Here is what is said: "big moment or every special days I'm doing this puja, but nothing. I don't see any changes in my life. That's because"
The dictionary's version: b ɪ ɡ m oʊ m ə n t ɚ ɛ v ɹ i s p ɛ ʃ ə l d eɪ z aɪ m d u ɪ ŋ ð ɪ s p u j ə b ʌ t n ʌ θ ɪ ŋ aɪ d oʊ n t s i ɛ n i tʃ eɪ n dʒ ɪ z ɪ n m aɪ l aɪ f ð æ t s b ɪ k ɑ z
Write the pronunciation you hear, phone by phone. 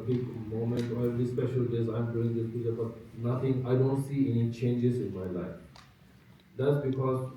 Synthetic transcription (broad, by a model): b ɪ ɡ m oʊ m ə n t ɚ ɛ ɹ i s p ɛ ʃ ə l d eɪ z aɪ m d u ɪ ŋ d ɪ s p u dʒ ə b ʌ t n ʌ t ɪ ŋ aɪ d oʊ n t s i ɛ n i tʃ eɪ n dʒ ɪ z ɪ n m aɪ l aɪ f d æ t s b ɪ k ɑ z